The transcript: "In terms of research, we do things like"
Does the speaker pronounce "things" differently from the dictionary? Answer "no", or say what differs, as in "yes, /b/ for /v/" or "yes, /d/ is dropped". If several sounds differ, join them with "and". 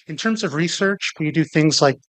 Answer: no